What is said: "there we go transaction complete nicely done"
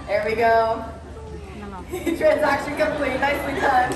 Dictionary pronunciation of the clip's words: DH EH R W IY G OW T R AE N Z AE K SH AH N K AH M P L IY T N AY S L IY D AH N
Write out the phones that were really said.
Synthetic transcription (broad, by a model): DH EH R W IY G OW T R AE N Z AE K SH AH N K AH M P L IY T N AY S W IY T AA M